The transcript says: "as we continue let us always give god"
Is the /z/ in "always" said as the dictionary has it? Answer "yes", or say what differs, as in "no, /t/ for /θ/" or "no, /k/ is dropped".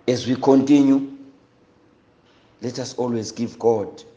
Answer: yes